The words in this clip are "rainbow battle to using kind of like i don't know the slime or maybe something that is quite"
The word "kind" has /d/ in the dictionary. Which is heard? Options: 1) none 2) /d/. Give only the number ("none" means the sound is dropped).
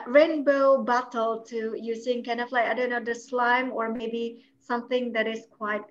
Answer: 1